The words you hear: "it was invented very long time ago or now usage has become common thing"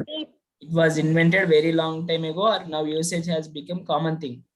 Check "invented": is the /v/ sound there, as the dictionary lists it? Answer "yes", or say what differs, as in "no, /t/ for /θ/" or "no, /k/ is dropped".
yes